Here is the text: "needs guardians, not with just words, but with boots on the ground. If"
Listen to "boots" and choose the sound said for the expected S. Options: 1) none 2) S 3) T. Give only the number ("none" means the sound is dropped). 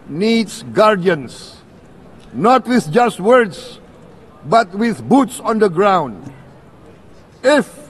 2